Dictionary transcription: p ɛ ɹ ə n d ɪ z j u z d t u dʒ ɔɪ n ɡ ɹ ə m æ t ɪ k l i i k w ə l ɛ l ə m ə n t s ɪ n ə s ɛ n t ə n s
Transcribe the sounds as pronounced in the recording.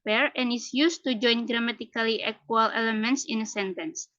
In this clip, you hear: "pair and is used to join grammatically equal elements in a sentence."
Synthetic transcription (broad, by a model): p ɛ ɹ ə n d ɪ s j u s t u dʒ ɔɪ n ɡ ɹ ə m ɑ t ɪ k l i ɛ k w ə l ɛ l ə m ə n t s ɪ n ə s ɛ n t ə n s